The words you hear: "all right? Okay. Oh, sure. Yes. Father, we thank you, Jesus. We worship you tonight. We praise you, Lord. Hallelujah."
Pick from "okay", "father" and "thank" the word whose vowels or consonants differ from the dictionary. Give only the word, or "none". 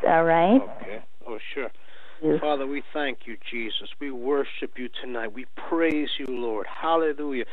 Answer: none